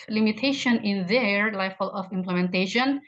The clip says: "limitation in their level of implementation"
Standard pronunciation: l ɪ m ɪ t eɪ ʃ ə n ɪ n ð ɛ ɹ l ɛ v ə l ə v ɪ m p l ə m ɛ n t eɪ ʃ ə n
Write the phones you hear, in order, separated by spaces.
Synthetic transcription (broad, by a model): l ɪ m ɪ t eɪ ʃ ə n ɪ n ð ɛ ɹ l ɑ f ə l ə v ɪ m p l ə m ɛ n t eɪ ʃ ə n